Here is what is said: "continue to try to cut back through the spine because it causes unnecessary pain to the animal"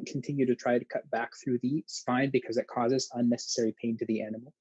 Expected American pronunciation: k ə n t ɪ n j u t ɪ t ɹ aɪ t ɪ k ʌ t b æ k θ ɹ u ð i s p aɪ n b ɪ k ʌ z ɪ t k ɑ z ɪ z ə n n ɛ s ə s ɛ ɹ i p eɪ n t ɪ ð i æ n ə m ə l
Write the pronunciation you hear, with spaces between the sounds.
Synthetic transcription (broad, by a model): k n t ɪ n j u t ɪ t ɹ aɪ t ɪ k ʌ t b æ k θ ɹ u ð i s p aɪ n b ɪ k ʌ z ɪ t k ɑ z ɪ z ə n n ɛ s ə s ɛ ɹ i p eɪ n t ɪ ð i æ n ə m l